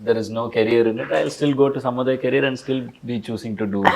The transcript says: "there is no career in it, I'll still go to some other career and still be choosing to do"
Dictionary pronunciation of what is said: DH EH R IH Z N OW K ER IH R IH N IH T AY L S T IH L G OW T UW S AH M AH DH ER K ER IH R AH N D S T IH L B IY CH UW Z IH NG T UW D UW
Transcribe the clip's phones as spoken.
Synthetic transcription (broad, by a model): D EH R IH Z N OW K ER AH R IH N IH T AY L S T IH L G OW T UW S AH M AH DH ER K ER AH R AH N D S T IH L B IY CH UW S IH NG T UW D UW